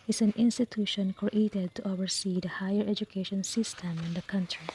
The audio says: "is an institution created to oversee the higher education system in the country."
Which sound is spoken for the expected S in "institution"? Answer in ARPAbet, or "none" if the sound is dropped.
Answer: S